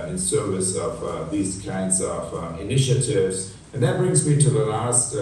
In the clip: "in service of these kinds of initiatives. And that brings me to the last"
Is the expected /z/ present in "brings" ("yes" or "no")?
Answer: yes